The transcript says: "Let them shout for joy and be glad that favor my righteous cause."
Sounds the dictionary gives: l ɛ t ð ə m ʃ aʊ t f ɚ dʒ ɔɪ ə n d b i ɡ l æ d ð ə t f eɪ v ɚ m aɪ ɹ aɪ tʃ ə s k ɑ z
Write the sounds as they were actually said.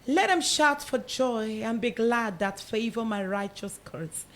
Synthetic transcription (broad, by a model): l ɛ t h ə m ʃ aʊ t f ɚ dʒ ɔɪ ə n b i ɡ l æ d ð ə t f eɪ v ɚ m aɪ ɹ aɪ tʃ ə s k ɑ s